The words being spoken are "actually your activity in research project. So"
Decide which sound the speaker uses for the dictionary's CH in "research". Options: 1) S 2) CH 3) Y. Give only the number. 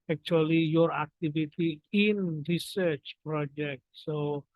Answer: 2